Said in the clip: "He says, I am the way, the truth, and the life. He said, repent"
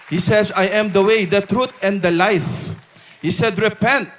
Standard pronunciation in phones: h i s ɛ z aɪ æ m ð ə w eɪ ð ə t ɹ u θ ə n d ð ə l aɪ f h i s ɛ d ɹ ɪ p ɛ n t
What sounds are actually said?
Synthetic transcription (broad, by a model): h i s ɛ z aɪ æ m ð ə w eɪ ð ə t ɹ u t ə n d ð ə l aɪ f h i s ɛ d ɹ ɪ p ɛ n t